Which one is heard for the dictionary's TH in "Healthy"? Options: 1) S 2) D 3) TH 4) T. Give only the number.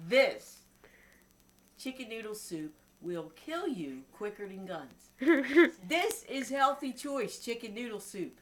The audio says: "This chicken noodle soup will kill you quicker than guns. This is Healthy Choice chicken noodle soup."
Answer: 3